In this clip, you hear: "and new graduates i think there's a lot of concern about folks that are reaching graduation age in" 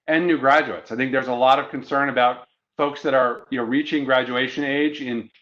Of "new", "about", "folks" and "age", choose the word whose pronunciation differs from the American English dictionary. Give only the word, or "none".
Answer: none